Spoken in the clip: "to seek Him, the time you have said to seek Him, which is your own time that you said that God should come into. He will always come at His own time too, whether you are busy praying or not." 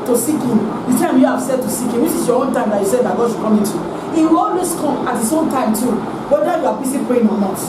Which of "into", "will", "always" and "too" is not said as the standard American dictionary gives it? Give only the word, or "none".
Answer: always